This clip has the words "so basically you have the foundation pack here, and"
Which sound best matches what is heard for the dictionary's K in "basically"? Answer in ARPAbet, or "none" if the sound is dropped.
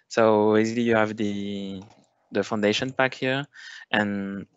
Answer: none